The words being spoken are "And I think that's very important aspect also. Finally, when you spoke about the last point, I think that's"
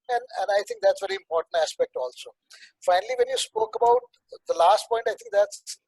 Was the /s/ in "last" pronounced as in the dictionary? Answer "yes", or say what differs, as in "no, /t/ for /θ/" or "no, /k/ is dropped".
yes